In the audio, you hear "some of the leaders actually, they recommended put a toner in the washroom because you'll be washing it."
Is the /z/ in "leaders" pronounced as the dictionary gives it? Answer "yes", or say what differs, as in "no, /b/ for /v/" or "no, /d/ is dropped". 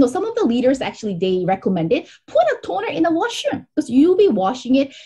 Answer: yes